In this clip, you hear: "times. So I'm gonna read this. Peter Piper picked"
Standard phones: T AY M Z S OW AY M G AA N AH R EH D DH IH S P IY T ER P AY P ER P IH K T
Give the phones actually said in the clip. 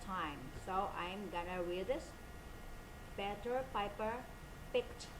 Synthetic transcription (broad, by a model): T AY M S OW AY M G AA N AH W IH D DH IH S B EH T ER P AY P ER P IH K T